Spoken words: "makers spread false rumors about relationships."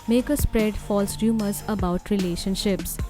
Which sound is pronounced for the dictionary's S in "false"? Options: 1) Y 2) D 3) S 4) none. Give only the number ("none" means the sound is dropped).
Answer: 3